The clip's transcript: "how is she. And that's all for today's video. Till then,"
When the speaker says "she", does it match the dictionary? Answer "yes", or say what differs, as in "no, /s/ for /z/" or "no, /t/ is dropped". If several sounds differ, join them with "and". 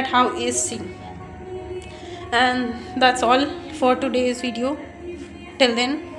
no, /s/ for /ʃ/